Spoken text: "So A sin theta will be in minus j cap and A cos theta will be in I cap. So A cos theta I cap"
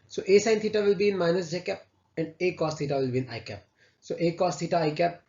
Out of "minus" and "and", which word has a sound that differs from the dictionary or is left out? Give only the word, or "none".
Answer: none